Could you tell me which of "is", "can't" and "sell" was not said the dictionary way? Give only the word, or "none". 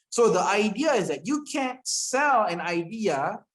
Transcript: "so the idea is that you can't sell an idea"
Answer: none